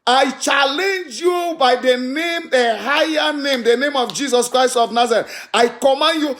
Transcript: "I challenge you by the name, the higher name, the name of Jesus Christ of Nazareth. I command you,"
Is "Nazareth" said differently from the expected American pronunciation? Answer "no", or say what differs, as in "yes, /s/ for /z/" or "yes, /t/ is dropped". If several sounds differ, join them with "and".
yes, /t/ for /θ/